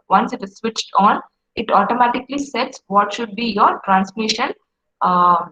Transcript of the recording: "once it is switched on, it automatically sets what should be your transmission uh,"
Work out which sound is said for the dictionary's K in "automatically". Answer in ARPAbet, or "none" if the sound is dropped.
K